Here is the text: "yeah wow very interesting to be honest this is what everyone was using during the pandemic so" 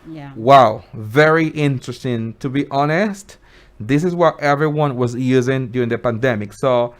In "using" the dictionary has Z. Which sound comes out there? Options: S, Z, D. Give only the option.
Z